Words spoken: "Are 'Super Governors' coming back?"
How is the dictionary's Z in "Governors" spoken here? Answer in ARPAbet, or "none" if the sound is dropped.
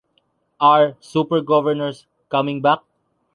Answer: S